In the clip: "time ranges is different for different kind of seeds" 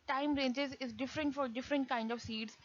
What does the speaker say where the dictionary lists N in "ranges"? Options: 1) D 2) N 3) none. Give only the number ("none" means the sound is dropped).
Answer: 2